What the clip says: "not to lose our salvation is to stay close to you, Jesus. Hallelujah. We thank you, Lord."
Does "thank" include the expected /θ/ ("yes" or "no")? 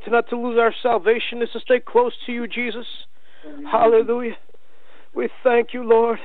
yes